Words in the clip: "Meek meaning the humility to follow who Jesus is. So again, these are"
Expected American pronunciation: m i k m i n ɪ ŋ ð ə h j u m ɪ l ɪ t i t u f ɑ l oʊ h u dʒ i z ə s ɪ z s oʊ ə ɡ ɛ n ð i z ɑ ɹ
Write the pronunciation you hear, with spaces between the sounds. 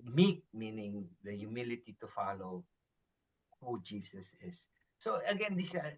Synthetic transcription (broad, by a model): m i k m i n ɪ ŋ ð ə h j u m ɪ l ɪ t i t u f ɑ l oʊ h u dʒ i s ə s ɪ s oʊ ə ɡ ɛ n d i s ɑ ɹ